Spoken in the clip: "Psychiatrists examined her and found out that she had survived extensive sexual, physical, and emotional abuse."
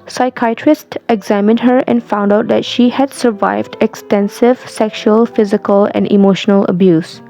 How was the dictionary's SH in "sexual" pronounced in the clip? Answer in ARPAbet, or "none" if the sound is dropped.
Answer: SH